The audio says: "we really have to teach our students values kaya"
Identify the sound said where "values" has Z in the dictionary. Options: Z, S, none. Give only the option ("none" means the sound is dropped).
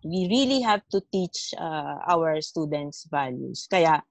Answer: S